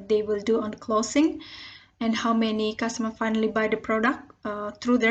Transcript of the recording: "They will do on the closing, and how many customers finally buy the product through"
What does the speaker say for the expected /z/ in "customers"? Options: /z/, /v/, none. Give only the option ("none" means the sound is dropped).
none